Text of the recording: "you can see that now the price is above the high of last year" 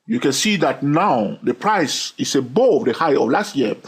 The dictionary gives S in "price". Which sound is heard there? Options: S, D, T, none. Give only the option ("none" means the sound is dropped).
S